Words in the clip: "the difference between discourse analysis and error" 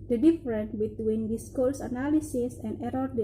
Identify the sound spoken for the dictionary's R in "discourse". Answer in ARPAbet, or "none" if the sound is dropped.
L